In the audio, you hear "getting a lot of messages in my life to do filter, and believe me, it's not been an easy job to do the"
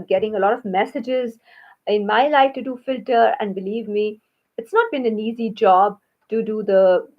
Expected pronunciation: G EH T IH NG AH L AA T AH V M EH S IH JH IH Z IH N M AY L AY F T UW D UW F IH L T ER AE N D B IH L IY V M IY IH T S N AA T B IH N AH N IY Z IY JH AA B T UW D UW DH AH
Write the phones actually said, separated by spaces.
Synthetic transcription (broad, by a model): G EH T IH NG AH L AA T AH V M EH S IH JH IH Z IH N M AY L AY F T UW D UW F IH L T ER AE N D B IH L IY V M IY IH T S N AA T B IH N AH N IY Z IY JH AA B T UW D UW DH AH